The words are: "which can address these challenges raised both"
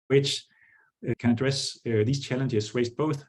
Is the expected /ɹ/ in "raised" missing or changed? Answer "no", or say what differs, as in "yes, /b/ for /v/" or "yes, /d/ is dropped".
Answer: yes, /w/ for /ɹ/